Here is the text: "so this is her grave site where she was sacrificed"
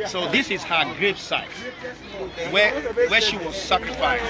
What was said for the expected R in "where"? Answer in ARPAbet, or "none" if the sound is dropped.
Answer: W